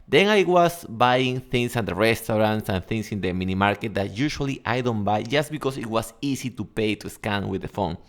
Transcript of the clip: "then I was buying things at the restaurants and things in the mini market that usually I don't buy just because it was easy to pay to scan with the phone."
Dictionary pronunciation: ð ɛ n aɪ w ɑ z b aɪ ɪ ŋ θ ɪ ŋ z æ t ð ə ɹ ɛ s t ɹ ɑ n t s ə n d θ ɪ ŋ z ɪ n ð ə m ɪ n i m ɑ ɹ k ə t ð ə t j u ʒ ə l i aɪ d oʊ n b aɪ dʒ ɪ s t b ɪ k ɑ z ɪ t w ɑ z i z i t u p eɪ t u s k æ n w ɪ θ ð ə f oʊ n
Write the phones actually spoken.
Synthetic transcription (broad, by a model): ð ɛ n aɪ w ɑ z b aɪ ɪ ŋ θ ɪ ŋ s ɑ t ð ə ɹ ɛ s t ɹ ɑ n t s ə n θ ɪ ŋ s ɪ n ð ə m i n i m ɑ ɹ k ə t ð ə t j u ʃ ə l i aɪ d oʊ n b aɪ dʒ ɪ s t b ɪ k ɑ s ɪ t w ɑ s i s i t u p eɪ t u s k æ n w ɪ ð ə f oʊ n